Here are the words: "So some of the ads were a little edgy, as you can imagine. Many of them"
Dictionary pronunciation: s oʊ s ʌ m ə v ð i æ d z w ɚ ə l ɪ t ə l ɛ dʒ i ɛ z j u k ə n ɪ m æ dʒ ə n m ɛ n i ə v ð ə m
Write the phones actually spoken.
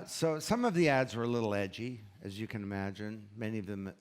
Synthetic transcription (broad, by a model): s oʊ s ʌ m ə v ð i æ d z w ɚ ə l ɪ t l ɛ dʒ i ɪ z j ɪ k ə n ɪ m æ dʒ ə n m ɛ n i ə v ð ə m